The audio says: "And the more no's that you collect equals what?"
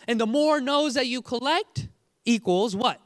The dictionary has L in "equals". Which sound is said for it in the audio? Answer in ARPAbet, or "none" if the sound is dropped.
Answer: L